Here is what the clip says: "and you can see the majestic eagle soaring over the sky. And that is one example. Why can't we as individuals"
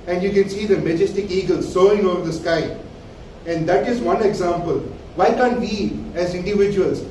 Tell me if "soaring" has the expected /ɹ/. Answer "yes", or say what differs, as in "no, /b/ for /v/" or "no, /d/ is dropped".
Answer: no, /ɹ/ is dropped